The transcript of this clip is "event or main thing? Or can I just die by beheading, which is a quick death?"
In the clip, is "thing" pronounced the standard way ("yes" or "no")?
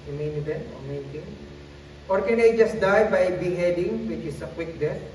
no